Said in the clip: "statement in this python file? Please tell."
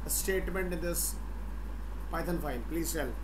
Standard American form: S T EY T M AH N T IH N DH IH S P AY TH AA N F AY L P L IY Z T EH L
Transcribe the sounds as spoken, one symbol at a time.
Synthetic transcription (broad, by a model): S T EY T M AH N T IH N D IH S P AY T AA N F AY N P L IY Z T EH L